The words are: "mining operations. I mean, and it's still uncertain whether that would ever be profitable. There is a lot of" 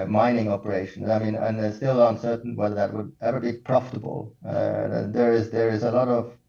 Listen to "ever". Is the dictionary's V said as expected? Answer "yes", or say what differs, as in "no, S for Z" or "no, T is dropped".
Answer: no, W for V